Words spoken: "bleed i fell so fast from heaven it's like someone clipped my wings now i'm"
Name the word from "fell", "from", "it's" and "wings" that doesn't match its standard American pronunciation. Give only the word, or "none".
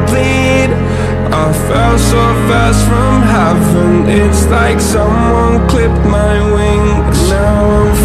wings